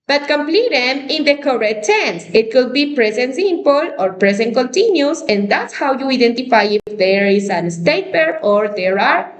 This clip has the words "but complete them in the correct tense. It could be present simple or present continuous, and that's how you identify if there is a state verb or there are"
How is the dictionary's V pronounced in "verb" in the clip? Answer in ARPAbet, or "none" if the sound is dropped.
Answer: P